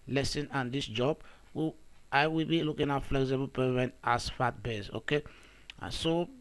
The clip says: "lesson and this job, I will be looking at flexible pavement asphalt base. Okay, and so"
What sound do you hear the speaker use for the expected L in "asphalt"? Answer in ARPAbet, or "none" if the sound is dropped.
none